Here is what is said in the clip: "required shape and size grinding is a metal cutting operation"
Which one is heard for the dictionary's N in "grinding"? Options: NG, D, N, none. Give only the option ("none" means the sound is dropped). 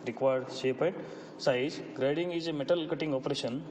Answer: none